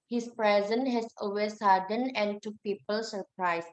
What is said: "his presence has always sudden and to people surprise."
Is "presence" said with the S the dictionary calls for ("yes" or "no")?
no